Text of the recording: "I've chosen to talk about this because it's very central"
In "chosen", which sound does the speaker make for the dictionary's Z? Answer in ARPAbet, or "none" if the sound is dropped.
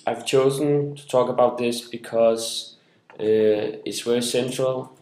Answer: Z